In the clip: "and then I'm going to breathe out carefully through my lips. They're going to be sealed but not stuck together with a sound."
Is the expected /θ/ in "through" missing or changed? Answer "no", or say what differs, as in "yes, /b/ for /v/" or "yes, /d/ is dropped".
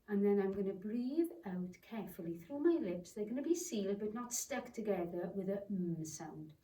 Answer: no